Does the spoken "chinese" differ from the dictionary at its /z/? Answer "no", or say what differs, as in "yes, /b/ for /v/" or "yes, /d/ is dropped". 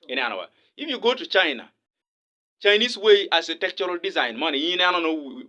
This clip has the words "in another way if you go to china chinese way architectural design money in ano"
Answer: yes, /s/ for /z/